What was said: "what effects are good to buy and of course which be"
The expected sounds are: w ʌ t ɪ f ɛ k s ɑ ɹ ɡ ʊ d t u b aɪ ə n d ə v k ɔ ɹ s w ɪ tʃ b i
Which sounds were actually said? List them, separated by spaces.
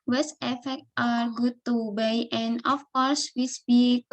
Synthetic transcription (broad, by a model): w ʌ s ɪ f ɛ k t ɑ ɹ ɡ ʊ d t u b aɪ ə n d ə f k ɔ ɹ s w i s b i